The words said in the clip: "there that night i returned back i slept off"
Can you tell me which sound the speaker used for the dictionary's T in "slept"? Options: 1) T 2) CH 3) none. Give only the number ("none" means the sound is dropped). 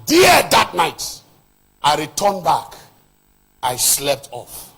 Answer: 1